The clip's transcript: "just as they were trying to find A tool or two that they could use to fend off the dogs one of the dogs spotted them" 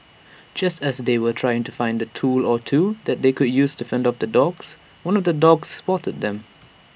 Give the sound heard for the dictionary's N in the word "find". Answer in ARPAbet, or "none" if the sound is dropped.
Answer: N